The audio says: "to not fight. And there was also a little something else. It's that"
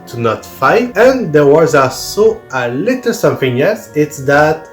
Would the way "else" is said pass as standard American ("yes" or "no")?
no